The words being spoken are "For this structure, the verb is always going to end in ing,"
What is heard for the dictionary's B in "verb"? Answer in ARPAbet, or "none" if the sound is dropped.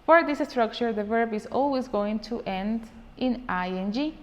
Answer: B